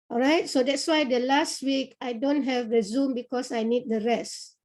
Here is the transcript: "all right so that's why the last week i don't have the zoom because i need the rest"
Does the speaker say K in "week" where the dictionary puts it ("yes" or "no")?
yes